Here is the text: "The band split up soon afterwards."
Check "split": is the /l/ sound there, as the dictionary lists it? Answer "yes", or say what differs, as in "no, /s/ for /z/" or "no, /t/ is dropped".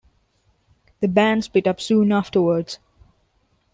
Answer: no, /l/ is dropped